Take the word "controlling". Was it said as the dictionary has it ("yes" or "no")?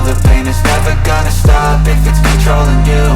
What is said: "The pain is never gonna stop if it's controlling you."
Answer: yes